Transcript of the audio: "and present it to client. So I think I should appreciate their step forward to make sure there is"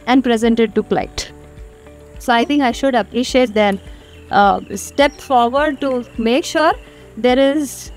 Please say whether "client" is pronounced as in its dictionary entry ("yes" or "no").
no